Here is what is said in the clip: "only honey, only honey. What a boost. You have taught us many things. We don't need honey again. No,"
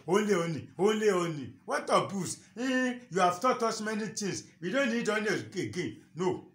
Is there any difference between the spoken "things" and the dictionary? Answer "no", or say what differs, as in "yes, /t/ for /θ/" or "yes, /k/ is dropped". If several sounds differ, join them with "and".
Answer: yes, /t/ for /θ/